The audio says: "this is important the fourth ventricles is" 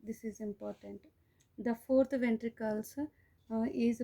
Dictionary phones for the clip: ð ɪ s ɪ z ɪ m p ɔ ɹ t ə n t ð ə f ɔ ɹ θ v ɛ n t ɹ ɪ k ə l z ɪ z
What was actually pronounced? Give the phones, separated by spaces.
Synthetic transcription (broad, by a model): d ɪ s ɪ z ɪ m p ɔ ɹ t ə n t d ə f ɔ ɹ t v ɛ n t ɹ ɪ k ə l s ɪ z